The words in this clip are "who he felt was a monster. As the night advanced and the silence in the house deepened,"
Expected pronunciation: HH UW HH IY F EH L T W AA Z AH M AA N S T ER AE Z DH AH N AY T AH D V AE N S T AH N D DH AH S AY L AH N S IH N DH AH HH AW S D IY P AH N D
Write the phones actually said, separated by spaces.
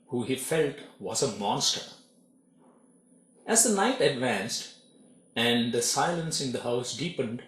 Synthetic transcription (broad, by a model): HH UW HH IY F EH L T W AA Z AH M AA N S T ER AE Z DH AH N AY T AH D V AE N S T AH N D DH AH S AY L AH N S IH N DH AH HH AW S D IY P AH N D